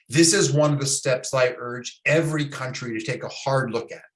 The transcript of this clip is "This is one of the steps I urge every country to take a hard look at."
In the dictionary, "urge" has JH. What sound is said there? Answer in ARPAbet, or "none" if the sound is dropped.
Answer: JH